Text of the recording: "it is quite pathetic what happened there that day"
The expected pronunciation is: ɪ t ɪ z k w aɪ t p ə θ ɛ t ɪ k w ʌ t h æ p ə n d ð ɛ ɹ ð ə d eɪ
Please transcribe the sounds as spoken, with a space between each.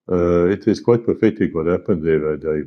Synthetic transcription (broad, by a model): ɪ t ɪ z k w aɪ t p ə f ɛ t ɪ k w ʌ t h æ p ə n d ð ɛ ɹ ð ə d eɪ